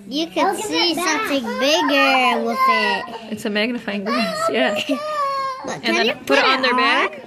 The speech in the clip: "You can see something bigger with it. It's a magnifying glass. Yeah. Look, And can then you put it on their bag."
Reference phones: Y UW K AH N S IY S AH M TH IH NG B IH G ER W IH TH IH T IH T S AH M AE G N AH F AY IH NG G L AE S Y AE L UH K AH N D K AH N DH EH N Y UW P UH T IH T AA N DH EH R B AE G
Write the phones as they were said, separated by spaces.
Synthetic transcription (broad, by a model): Y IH K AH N S IY S AH M TH IH NG B IH G ER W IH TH IH T IH T S AH M AE G N AH F AY IH NG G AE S Y AE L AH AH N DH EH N P UH T IH T N DH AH R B AE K